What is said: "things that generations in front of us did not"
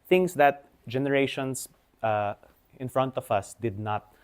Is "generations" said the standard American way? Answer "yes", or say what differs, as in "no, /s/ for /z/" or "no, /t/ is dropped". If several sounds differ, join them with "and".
no, /s/ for /z/